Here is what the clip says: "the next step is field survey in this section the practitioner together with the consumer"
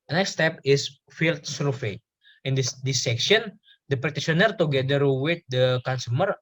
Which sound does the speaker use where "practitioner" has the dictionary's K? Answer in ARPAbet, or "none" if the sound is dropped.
none